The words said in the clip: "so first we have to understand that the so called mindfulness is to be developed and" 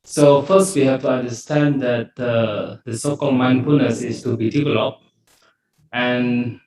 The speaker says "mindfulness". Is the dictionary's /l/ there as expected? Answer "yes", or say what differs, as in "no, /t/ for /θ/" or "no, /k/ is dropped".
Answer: no, /l/ is dropped